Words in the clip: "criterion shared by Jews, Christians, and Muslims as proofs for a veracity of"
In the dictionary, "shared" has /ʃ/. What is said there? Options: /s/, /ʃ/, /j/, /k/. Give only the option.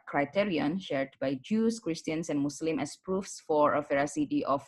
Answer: /ʃ/